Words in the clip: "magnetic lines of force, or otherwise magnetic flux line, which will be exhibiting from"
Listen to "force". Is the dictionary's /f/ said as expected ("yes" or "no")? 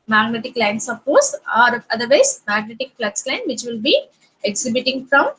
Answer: no